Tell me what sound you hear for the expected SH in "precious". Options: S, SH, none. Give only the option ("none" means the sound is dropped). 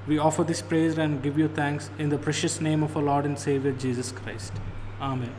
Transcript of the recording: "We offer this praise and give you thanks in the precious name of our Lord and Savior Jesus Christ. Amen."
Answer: SH